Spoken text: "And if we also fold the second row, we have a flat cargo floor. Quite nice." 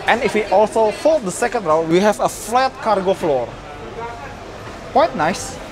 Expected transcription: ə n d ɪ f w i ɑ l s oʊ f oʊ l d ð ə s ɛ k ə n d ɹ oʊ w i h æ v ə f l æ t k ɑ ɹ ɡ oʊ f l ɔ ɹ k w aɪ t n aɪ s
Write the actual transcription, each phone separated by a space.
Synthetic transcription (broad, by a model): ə n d ɪ f w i ɑ l s oʊ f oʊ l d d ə s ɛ k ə n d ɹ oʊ w i h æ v ə f l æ t k ɑ ɹ ɡ oʊ f l ɔ ɹ k w aɪ t n aɪ s